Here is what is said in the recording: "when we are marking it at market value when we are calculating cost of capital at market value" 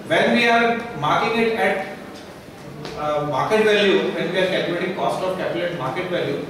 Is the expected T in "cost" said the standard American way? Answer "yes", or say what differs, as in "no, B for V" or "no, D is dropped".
yes